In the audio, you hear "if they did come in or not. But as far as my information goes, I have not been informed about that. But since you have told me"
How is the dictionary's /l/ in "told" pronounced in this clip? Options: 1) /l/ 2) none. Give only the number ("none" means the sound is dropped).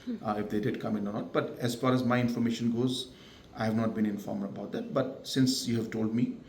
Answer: 1